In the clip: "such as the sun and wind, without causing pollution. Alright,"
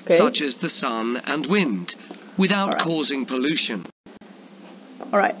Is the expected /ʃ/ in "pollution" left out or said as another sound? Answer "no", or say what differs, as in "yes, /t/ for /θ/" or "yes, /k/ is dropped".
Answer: no